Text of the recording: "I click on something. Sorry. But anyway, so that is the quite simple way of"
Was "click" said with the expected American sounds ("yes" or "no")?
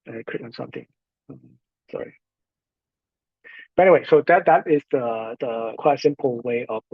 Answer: no